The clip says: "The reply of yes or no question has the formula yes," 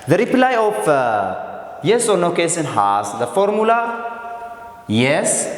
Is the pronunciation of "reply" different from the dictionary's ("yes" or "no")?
no